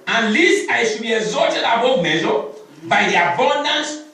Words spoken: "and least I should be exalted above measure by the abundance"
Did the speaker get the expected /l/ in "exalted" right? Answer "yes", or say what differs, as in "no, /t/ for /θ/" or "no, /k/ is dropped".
no, /l/ is dropped